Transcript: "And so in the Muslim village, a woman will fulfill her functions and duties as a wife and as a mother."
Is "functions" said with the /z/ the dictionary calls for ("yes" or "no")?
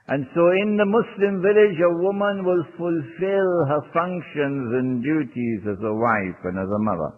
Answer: yes